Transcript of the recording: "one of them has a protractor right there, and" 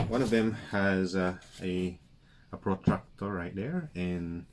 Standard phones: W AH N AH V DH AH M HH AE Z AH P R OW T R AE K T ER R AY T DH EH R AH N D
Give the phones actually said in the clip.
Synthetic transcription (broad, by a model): W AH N AH V DH AH M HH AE Z AH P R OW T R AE K T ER R AY T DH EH R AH N